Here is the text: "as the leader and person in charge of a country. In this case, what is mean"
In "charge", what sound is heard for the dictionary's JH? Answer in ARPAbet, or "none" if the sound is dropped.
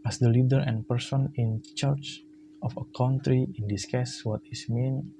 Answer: CH